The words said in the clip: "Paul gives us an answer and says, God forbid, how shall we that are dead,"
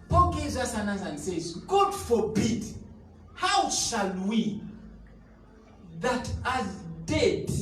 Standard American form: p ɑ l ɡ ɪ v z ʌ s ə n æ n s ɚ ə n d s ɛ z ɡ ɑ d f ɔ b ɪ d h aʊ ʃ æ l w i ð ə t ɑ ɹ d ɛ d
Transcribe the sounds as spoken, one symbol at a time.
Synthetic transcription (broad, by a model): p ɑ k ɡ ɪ z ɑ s ə n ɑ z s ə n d s ɛ z ɡ ɑ d f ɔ b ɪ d h aʊ ʃ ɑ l w i ð ə t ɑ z d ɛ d